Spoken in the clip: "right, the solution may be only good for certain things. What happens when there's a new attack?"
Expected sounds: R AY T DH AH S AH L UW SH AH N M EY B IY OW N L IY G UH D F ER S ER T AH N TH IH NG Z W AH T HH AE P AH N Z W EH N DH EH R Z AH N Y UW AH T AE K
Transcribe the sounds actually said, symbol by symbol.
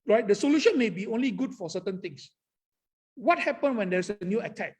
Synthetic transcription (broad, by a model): R AY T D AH S AH L UW SH AH N M EY B IY OW N L IY G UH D F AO S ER T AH N T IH NG S W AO T HH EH P AH N W EH N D EH R S AH N Y UW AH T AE K